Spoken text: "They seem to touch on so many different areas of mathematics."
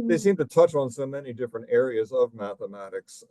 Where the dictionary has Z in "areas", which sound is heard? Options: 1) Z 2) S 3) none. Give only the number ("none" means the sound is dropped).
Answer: 1